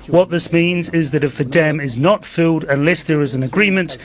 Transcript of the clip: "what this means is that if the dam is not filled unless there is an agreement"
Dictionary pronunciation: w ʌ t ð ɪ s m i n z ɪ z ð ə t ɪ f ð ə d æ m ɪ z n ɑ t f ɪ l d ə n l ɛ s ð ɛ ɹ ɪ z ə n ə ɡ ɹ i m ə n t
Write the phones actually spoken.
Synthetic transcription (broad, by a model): w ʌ t ð ɪ s m i n z ɪ z ð ə t ɪ f ð ə d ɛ m ɪ z n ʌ t f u d ə n l ɛ s ð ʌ ɹ ɪ z ə n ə ɡ ɹ i m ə n t